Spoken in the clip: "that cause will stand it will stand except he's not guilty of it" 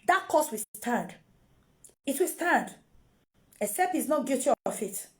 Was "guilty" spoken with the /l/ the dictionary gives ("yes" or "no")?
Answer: no